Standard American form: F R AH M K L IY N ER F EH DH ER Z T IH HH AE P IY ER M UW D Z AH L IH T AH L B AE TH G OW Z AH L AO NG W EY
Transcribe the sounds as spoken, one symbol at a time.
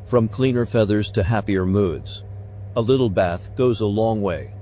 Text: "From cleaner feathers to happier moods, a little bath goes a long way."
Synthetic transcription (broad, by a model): F R AH M K L IY N ER F EH DH ER Z T IH HH AE P IY ER M UW D Z AH L IH T L B AE TH G OW Z AH L AO NG W EY